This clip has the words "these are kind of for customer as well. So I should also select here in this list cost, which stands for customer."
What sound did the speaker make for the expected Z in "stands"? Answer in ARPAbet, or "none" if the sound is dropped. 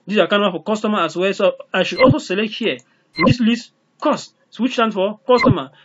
none